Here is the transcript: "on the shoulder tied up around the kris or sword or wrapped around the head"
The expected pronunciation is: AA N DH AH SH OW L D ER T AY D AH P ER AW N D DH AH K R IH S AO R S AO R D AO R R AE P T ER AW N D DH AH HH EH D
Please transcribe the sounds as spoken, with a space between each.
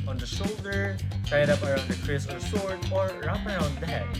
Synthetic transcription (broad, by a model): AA N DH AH SH OW L D ER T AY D AH P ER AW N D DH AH K R IH S AO R S AO R D AO R R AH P ER AW N D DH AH HH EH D